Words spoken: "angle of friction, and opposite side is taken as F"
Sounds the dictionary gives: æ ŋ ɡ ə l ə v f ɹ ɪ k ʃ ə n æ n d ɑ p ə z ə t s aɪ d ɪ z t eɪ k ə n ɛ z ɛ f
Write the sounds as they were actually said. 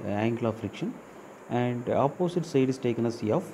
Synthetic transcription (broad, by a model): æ ŋ ɡ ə l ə f ɹ ɪ k ʃ ə n æ n d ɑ p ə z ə t s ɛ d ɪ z t eɪ k ə n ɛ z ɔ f